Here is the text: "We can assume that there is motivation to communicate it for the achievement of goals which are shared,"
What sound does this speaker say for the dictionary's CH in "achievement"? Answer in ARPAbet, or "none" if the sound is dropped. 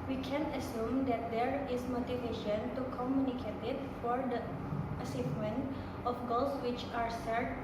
S